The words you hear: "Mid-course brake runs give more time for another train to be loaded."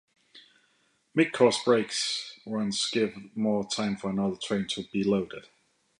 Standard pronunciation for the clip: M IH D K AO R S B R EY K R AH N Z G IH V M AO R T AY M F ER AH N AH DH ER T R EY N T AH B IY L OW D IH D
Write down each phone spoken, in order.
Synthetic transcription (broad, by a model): M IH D K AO S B R EY K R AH N S G IH V M AO T AY M F ER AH N AH DH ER T R EY N T AH B IY L OW D IH D